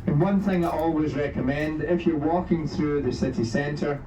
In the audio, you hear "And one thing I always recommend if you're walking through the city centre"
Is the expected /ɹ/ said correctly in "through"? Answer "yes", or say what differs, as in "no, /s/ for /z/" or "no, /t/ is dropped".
yes